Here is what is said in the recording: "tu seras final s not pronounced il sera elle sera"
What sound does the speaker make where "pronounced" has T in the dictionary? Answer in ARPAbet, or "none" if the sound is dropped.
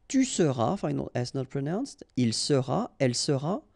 T